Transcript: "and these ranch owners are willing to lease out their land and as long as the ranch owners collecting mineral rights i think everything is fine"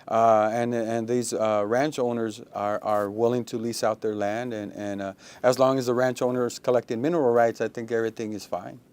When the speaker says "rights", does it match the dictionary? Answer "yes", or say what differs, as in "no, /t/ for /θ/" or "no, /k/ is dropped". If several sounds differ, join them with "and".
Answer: yes